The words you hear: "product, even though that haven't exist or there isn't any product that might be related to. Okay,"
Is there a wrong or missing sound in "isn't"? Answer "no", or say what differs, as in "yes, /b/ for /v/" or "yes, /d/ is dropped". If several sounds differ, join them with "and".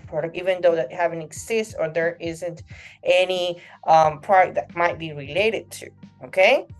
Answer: no